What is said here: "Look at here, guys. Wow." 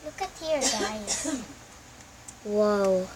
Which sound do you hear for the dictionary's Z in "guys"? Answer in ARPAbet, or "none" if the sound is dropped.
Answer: none